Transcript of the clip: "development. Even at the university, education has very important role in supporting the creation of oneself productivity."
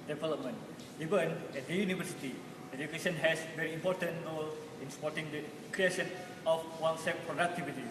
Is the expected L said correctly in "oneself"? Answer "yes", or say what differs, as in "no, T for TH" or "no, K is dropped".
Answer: no, L is dropped